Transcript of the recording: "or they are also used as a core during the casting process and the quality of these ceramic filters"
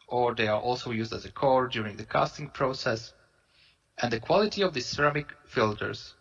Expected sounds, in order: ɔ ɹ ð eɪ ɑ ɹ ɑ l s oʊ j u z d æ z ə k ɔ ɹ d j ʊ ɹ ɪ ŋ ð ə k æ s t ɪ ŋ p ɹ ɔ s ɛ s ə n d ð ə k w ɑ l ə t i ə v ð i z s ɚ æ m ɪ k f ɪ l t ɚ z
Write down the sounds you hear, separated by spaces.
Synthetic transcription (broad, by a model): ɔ ɹ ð eɪ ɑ ɹ ɑ l s oʊ j u z d æ z ə k ɔ ɹ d j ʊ ɹ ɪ ŋ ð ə k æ s t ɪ ŋ p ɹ ɔ s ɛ s ə n d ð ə k w ɑ l ə t i ə v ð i s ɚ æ m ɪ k f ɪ l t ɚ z